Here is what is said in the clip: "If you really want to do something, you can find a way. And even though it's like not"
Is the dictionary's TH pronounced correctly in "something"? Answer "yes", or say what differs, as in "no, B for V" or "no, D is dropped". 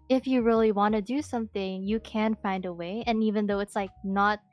yes